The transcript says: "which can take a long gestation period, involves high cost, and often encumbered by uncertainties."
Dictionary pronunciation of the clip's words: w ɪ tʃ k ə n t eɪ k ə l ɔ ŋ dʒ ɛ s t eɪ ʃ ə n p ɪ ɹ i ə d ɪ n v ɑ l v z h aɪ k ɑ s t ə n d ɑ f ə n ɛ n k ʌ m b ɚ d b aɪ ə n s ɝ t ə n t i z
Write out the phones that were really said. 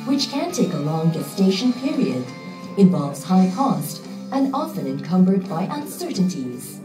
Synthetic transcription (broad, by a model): w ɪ tʃ k ə n t eɪ k ə l ɔ ŋ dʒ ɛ s t eɪ ʃ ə n p ɪ ɹ i ə d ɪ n v ɑ l v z h aɪ k ɑ s t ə n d ɑ f ə n ɛ n k ʌ m b ɚ d b aɪ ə n s ɝ t n t i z